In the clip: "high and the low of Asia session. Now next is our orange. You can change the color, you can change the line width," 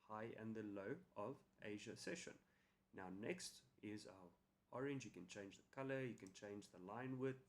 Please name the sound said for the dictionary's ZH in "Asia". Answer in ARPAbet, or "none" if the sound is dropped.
ZH